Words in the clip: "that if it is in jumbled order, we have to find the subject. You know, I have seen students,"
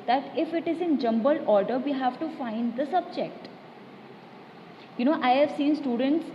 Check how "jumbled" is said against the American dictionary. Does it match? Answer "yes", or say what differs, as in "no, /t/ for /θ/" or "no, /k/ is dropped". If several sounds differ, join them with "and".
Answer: no, /d/ is dropped